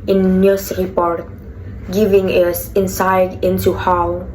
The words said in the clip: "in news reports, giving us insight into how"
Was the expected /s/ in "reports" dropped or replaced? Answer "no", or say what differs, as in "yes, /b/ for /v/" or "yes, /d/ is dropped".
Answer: yes, /s/ is dropped